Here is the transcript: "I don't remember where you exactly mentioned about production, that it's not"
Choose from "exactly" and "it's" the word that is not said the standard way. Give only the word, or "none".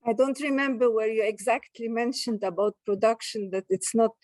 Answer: none